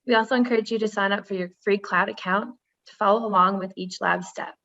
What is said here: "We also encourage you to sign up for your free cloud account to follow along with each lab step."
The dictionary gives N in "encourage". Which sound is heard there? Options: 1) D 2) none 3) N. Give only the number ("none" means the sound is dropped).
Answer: 3